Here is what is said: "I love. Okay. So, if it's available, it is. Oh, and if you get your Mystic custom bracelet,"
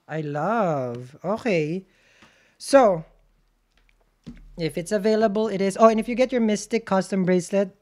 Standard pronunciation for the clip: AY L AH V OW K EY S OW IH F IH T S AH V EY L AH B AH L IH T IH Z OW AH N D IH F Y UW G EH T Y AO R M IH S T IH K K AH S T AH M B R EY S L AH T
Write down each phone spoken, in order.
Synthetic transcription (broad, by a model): AY L AH V OW K EY S OW IH F IH T S AH V EY L AH B AH L IH T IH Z OW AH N IH F Y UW G EH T Y AO R M IH S T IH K K AH S T AH M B R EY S L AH T